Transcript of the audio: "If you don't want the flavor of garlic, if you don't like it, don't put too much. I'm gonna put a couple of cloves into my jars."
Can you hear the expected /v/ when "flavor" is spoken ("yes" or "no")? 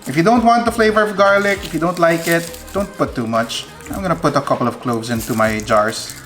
yes